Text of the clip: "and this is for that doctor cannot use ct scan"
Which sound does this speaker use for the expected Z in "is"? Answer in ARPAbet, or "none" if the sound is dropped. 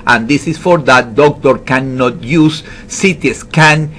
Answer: S